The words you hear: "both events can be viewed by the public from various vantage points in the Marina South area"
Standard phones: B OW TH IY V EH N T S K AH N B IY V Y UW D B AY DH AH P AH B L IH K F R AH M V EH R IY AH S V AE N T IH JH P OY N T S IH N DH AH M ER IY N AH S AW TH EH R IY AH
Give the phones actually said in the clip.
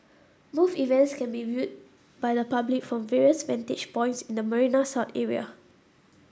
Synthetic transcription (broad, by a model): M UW F IY V EH N T S K AH N B IY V Y UW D B AY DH AH P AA B L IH K F R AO M V EH R IY AH S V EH N T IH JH P OY N T S IH N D AH M ER IY N AH S AW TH EH R IY AH